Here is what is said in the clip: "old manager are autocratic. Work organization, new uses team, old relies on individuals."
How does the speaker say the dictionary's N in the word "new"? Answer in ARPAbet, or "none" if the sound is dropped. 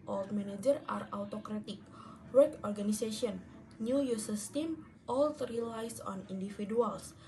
N